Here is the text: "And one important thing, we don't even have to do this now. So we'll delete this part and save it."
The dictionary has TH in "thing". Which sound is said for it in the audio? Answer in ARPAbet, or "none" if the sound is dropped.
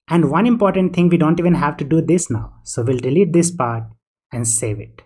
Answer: T